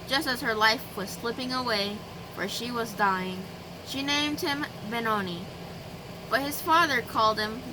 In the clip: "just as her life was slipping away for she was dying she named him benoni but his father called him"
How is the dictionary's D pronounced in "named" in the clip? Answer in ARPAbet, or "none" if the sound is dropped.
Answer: D